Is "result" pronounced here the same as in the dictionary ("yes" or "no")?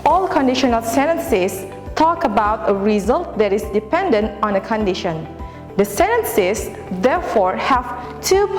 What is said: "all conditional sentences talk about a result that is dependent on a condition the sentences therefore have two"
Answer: yes